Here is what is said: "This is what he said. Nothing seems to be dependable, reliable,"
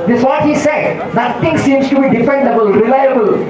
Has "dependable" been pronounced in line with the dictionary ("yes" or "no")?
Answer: no